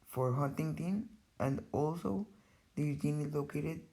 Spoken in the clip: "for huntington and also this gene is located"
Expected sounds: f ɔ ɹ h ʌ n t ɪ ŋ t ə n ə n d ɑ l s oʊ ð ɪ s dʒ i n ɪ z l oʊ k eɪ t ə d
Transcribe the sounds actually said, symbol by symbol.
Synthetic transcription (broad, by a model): f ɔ ɹ h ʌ n t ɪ ŋ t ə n ə n d ɑ l s oʊ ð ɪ dʒ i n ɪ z l oʊ k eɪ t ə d